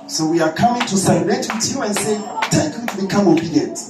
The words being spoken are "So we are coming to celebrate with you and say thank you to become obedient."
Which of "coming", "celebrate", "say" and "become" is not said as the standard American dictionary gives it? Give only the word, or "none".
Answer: celebrate